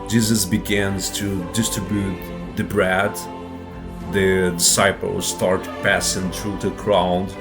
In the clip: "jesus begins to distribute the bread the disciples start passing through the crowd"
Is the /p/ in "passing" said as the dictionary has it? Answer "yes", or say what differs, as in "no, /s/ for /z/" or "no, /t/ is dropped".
yes